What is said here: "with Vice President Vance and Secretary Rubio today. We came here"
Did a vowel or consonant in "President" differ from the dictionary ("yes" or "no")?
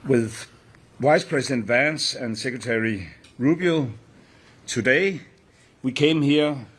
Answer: yes